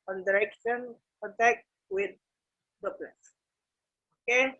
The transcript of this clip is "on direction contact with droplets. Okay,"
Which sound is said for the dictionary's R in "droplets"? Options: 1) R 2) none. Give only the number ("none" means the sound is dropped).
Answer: 2